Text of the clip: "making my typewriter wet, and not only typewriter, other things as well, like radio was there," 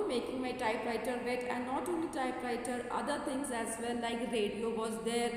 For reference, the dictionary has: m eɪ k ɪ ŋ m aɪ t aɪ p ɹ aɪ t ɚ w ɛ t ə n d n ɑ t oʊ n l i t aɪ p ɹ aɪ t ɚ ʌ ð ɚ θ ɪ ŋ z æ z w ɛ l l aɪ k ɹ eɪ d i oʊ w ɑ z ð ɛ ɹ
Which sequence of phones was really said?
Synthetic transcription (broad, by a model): m eɪ k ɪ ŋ m aɪ t aɪ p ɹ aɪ t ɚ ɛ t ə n d n ɑ t oʊ n l i t aɪ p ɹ aɪ t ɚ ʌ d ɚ t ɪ ŋ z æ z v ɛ n l aɪ k ɹ eɪ d i oʊ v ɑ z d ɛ ɹ